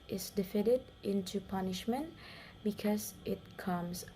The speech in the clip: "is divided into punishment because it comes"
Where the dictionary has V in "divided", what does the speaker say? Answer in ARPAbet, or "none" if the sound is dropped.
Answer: F